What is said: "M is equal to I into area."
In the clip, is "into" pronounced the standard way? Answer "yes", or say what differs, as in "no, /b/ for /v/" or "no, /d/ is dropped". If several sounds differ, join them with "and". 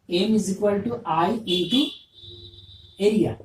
no, /n/ is dropped